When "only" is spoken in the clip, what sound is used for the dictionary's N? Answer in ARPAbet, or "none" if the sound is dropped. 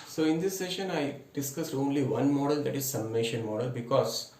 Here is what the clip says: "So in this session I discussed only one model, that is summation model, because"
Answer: N